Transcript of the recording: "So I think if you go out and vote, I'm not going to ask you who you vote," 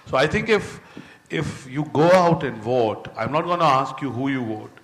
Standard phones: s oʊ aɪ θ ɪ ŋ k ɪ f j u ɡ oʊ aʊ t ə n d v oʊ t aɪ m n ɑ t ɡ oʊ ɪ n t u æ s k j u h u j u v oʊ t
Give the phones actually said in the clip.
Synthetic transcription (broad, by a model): s oʊ aɪ t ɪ ŋ k ɪ f j u ɡ oʊ aʊ t ə n d v oʊ t aɪ m n ɑ t ɡ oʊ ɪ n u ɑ s k j u h u j u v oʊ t